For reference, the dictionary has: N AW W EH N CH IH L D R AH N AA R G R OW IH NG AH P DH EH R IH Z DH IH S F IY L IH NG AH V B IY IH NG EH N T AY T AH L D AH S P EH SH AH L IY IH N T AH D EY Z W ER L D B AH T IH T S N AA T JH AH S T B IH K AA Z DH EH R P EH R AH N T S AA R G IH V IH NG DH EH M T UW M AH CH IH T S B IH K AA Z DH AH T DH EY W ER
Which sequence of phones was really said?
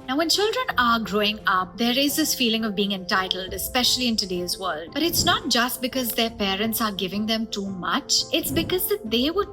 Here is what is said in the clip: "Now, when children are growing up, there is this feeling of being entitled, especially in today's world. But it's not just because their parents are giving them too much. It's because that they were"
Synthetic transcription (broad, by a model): N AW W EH N CH IH L D R AH N AA R G R OW IH NG AH P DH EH R IH Z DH IH S F IY L IH NG AH V B IY IH NG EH N T AY T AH L D AH S P EH SH AH L IY IH N T AH D EY Z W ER L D B AH T IH T S N AA T JH AH S T B IH K AA Z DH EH R P EH R AH N T S AA R G IH V IH NG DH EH M T UW M AH CH IH T S B IH K AA Z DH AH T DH EY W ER